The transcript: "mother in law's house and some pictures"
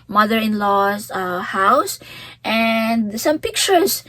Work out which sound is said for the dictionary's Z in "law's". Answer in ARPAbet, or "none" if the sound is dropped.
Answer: S